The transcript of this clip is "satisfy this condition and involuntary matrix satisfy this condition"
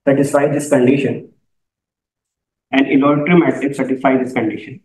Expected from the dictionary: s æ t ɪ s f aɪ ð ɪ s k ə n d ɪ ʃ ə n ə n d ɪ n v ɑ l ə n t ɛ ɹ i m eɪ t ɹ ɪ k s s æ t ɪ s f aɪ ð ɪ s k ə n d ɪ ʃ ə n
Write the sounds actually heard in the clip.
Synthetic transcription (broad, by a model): s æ t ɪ s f aɪ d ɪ s k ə n d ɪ ʃ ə n ə n d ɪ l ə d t ɹ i m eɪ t ɪ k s s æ t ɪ s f aɪ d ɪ s k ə n d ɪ ʃ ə n